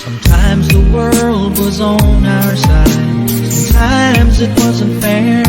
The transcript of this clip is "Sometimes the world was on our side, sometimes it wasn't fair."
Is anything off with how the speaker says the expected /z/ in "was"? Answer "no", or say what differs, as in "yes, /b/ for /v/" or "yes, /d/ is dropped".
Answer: no